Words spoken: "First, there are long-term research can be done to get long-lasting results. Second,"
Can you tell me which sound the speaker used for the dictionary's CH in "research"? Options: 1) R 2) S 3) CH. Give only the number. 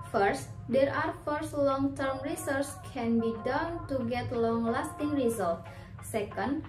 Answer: 2